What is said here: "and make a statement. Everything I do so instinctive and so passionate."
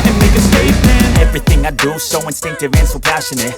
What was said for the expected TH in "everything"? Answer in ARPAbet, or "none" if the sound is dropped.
TH